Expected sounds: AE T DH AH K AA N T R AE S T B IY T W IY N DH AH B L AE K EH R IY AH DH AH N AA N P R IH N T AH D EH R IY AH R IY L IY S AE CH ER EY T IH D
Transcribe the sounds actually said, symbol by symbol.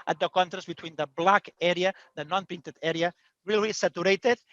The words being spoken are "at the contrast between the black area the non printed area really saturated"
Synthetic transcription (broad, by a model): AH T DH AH K AA N T R AE S T B IY T W IY N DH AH B L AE K EH R IY AH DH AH N AA N P IH N T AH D EH R IY AH R IY L IY S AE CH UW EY T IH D